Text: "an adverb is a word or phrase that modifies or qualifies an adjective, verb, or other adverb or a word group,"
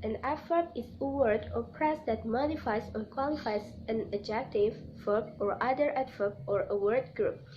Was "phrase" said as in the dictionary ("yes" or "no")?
no